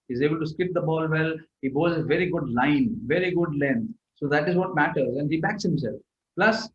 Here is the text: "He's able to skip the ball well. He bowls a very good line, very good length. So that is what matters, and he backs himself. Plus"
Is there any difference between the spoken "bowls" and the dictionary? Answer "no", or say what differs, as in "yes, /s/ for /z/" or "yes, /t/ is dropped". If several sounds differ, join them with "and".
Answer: yes, /l/ is dropped